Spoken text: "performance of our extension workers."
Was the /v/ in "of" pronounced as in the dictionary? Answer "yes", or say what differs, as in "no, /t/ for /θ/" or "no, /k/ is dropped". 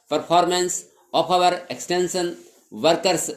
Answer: no, /p/ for /v/